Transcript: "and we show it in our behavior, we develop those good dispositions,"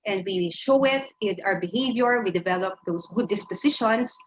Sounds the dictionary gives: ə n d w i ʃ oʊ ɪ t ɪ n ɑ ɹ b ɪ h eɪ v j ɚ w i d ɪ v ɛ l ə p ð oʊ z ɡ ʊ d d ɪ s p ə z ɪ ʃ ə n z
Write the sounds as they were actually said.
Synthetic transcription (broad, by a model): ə n d w i ʃ oʊ ɪ t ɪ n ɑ w b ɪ h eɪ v j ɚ w i d ɪ v ɛ l ə p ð oʊ s ɡ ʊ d d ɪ s p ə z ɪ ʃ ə n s